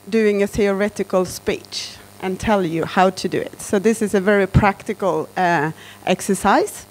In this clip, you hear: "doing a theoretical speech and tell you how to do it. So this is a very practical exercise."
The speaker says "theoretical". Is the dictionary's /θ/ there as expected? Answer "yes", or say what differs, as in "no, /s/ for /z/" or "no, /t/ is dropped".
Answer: yes